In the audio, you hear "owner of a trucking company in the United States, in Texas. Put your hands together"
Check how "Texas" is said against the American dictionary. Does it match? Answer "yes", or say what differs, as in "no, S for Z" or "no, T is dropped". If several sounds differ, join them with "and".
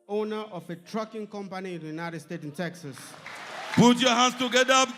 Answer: yes